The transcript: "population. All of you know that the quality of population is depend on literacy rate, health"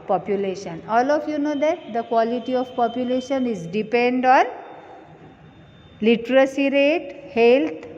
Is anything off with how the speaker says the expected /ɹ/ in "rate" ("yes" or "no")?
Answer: no